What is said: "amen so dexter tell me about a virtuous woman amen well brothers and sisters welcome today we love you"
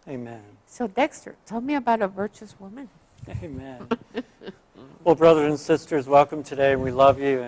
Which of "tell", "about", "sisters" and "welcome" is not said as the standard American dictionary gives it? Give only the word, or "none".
none